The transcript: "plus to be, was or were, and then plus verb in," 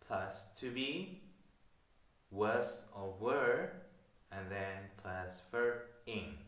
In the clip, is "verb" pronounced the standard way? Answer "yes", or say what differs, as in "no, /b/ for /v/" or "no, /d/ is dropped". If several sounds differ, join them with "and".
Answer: no, /f/ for /v/ and /b/ is dropped